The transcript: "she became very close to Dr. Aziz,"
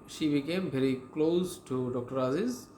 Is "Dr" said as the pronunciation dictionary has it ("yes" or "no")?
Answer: yes